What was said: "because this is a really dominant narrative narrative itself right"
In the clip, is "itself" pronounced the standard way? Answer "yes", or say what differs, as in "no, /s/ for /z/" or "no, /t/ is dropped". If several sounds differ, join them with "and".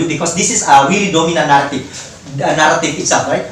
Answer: no, /l/ is dropped